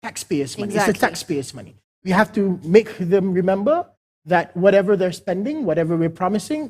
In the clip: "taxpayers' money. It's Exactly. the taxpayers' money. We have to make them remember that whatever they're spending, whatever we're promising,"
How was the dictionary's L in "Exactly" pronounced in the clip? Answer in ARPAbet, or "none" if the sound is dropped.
none